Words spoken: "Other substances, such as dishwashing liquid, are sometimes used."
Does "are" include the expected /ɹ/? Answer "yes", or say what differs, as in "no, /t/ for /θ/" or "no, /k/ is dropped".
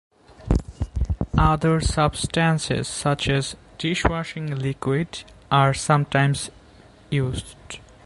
yes